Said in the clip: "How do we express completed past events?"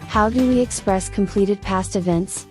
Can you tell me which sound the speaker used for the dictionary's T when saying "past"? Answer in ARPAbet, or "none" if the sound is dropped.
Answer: T